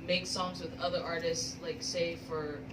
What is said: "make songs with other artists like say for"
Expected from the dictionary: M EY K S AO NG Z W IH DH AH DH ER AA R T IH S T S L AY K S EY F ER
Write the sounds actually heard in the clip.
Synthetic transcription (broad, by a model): M EY K S AO NG Z W IH DH AH DH ER AA R T IH S T S L AY K S EY F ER